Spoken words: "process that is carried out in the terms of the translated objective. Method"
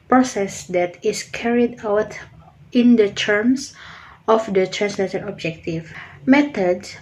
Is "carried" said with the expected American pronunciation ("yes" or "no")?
yes